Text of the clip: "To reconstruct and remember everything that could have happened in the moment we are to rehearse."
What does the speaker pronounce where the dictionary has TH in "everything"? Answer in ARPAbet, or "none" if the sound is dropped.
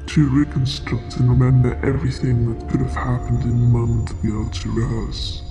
TH